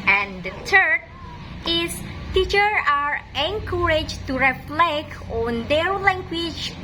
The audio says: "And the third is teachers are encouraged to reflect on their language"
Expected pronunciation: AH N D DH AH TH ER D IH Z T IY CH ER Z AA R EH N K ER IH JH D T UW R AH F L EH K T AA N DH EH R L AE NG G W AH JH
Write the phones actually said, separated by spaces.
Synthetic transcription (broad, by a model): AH N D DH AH T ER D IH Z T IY CH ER AA R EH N K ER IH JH T UW R AH F L EH K T AA N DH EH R L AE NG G W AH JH